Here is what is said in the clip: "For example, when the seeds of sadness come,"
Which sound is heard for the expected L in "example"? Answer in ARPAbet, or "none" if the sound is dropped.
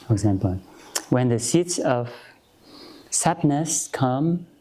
L